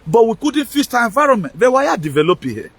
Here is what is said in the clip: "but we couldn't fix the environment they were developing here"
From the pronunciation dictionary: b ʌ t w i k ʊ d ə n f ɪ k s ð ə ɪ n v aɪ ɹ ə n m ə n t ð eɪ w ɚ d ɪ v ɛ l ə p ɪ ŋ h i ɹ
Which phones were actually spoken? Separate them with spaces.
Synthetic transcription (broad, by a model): b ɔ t w i k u d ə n f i s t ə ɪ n v aɪ ɹ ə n m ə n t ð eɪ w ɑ d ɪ v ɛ l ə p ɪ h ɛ